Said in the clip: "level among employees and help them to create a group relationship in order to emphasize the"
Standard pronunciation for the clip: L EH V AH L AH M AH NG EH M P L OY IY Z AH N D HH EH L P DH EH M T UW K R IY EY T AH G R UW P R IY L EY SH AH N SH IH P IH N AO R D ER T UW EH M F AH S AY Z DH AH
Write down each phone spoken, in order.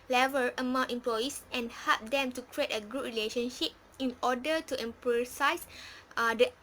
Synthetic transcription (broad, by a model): L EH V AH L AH M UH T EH M P L OY IY S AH N HH EH L P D EH M T UW K R IY EY T AH G UW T R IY L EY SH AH N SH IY P IH N AO D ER T UW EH M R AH S AY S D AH